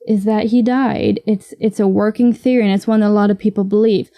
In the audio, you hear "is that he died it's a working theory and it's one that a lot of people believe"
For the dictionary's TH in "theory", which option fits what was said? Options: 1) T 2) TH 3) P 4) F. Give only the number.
2